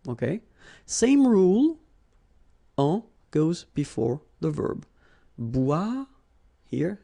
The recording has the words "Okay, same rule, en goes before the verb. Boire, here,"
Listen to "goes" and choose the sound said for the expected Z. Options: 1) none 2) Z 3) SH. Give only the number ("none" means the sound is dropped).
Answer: 2